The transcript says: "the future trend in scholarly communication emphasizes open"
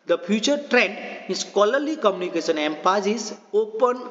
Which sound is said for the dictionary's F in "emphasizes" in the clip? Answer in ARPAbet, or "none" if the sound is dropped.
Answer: P